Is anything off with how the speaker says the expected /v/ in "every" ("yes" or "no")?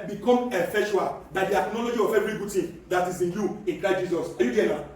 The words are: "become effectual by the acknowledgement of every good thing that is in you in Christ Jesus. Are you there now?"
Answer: yes